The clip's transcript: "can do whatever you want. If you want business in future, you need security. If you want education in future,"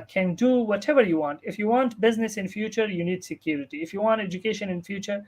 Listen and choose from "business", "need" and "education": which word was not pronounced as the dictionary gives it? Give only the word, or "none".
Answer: none